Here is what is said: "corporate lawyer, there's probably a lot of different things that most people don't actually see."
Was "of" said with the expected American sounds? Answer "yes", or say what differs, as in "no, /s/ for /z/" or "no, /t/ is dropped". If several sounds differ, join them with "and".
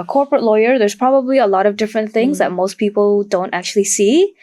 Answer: yes